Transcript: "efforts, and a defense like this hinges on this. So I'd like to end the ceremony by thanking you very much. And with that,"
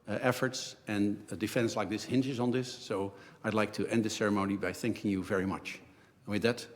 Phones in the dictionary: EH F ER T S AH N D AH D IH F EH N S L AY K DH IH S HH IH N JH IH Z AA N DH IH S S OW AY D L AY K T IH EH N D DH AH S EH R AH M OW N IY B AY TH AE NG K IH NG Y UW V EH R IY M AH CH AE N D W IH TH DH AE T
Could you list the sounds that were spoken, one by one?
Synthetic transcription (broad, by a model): EH F ER T S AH N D D IH F EH N S L AY K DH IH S HH IH N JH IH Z N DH IH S S OW AY D L AY K T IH EH N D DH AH S EH R AH M OW N IY B AY TH AE NG K IH NG Y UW V EH R IY M AH CH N W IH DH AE T